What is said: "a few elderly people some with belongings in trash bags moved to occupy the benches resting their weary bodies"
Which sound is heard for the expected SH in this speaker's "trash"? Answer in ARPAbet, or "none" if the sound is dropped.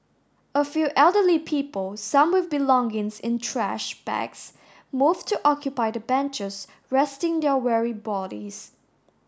SH